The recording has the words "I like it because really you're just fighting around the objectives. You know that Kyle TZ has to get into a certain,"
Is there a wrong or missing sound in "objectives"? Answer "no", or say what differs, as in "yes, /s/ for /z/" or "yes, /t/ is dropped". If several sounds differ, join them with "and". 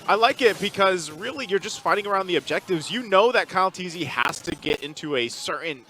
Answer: no